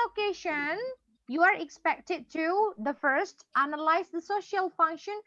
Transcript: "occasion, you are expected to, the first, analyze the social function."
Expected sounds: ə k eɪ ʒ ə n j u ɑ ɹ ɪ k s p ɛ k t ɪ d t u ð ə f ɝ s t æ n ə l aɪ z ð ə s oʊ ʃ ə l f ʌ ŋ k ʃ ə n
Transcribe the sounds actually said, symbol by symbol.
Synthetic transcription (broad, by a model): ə k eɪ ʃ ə n j u ɑ ɹ ɪ k s p ɛ k t ɪ d t u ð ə f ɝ s t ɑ n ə l aɪ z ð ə s oʊ ʃ ə l f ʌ ŋ k ʃ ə n